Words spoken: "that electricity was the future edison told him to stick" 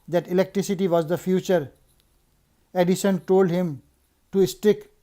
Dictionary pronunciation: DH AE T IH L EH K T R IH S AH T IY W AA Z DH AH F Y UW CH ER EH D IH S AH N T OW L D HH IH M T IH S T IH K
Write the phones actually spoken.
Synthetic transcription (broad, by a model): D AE T IH L EH K T R IH S AH T IY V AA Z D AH F Y UW CH ER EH D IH SH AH N T OW L D HH IH M T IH S T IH K